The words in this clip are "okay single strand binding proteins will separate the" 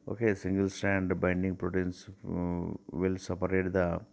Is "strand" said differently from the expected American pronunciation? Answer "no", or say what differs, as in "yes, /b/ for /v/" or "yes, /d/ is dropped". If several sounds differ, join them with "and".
yes, /ɹ/ is dropped